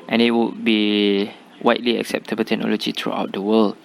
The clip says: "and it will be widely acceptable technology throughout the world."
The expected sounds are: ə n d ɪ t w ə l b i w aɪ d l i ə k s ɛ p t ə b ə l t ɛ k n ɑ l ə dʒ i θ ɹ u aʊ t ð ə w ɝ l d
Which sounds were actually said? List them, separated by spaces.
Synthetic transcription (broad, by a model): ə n ɪ t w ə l b i w aɪ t l i ə k s ɛ p t ə b ə l t ɛ k n ɑ l ə dʒ i t ɹ u aʊ t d ə w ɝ l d